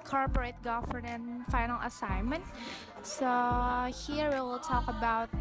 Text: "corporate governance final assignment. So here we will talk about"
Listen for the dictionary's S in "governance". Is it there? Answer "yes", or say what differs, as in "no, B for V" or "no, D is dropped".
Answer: no, S is dropped